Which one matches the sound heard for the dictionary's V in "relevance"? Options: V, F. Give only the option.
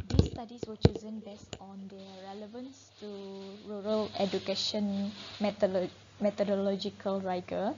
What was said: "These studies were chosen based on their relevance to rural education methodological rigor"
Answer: V